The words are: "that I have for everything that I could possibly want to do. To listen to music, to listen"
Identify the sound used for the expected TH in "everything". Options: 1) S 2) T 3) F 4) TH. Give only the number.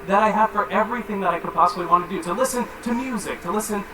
4